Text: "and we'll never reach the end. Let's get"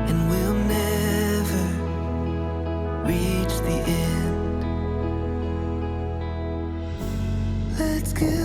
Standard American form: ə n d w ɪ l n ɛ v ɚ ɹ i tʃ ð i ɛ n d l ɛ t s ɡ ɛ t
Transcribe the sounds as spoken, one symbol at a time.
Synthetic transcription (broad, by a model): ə n w ɪ l n ɛ v ɚ ɹ i tʃ ð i ɛ n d l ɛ t s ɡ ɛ